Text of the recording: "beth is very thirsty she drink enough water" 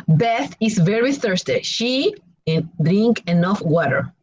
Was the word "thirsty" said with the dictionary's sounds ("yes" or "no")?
yes